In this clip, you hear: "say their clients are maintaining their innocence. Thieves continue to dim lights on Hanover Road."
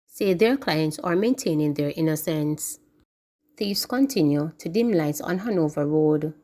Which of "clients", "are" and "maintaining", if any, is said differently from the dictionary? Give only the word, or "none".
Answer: none